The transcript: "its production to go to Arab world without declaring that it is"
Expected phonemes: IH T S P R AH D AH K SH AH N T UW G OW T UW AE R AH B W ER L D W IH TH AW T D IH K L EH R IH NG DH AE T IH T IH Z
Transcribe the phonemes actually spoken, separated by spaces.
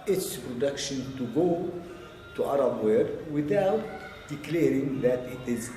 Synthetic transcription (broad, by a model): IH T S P R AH D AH K SH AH N T UW G OW T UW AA R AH B W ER D W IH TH AW T D IH K L EH R IH NG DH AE T IH T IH Z